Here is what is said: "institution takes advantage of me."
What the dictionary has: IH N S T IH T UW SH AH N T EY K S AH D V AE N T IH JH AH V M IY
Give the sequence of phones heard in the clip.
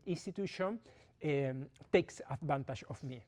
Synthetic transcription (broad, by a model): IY N S T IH T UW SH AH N T EY K S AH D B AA N T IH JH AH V M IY